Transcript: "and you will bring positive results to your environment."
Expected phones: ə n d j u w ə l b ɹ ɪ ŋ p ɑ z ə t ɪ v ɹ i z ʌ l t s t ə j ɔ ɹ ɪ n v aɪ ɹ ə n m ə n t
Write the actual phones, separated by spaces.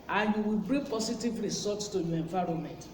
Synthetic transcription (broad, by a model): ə n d j u w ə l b ɹ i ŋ p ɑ s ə t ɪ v ɹ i s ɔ t s t ə j ɔ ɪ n v aɪ ɹ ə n m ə n t